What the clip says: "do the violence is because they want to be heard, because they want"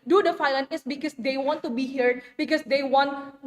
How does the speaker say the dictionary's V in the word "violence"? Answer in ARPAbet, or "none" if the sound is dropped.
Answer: F